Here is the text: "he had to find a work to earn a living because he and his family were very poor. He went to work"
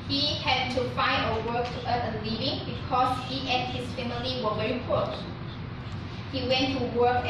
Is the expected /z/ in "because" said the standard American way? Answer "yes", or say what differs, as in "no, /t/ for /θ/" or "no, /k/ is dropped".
no, /s/ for /z/